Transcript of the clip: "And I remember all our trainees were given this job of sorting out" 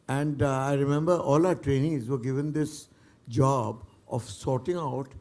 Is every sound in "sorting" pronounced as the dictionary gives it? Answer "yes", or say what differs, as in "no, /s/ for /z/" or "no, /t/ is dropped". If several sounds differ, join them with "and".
yes